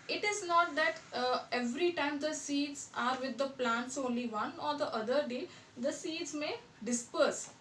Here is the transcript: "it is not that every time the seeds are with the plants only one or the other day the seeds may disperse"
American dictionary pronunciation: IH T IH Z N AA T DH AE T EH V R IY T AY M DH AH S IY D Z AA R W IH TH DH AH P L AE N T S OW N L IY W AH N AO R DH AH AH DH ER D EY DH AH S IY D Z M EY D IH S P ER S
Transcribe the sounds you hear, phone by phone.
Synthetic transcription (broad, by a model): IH T IH Z N AA T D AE T EH V R IY T AY M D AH S IY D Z AA R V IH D AH P L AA N T S OW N L IY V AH N AO R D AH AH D ER D EY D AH S IY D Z M EY D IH S P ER S